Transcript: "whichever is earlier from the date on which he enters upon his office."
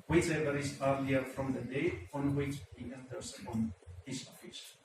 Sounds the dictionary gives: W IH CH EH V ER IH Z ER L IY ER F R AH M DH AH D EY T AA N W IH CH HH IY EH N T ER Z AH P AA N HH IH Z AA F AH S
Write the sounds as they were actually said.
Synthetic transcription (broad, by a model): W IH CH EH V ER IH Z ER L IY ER F R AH M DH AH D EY AA N W IH CH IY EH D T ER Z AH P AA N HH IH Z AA F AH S